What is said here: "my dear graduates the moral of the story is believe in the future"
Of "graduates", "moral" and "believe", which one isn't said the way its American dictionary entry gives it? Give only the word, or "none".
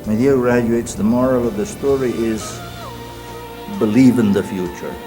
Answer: none